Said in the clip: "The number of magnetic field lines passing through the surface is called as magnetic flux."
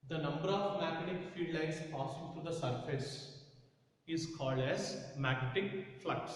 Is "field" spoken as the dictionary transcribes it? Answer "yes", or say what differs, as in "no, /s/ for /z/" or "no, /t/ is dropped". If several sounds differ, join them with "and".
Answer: no, /l/ is dropped